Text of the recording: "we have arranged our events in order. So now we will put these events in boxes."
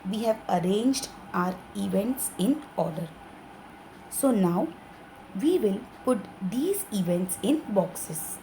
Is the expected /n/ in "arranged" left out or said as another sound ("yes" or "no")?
no